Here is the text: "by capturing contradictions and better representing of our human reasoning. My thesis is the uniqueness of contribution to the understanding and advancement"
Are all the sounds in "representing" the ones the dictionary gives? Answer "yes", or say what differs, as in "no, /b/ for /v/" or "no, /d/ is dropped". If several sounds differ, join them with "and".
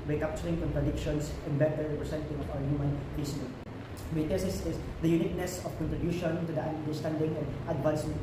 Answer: no, /s/ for /z/